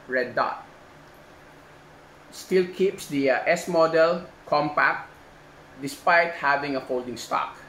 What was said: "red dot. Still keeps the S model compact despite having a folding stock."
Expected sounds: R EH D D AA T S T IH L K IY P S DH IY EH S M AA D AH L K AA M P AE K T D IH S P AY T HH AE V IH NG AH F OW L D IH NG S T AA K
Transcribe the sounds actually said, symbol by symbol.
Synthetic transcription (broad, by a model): R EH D D AA T S T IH L K IY P S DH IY EH S M AA D AH L K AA M P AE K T D IH S P AY T HH AE V IH NG AH F OW L D IH NG S T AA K